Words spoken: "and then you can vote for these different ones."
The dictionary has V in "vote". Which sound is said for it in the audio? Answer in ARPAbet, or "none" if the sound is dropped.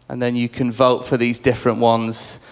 V